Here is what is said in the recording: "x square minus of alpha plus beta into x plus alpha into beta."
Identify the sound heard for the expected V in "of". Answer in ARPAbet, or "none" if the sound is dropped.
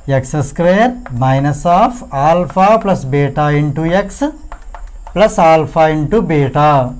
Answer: P